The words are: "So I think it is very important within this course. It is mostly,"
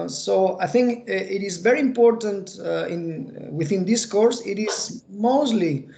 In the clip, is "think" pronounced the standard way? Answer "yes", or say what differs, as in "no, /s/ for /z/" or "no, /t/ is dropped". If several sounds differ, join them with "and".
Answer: yes